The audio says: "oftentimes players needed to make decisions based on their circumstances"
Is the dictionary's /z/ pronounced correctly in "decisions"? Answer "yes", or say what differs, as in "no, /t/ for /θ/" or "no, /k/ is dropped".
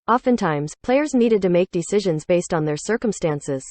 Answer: yes